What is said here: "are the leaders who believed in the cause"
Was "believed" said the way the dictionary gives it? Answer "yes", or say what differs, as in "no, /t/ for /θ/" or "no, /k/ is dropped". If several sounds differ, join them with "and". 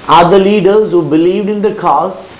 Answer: yes